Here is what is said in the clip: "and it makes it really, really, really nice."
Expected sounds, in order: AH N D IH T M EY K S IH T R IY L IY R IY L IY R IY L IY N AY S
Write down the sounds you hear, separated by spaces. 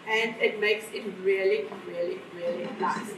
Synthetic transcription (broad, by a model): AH N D IH T M EY K S IH T R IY L IY R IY L IY R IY L IY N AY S